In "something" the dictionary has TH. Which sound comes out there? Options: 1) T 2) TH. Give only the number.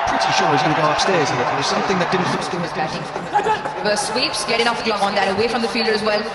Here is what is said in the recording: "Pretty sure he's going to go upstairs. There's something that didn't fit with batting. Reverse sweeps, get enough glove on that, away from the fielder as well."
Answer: 2